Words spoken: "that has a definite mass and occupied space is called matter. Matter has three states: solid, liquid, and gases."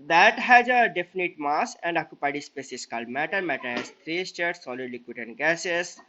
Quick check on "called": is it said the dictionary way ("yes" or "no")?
yes